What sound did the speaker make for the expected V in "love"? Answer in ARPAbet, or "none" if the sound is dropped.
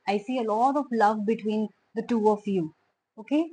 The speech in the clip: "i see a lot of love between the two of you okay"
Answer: V